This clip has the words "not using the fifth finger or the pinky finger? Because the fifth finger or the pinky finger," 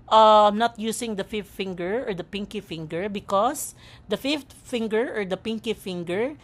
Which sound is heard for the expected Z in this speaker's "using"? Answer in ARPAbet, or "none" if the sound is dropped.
S